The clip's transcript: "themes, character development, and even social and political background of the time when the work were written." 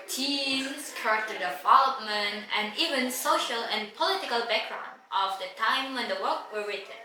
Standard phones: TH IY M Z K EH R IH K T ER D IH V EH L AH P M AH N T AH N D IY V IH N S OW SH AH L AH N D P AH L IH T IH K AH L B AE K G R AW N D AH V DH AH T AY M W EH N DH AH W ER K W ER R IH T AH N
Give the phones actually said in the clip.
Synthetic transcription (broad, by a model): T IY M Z K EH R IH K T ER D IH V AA L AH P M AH N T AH N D IY V IH N S OW SH AH L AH N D P AH L IH T IH K AH L B AE K G R AW N D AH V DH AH T AY M W EH N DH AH W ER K W ER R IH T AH N